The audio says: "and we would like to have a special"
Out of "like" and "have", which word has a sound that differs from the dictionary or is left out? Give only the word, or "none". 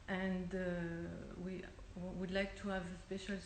none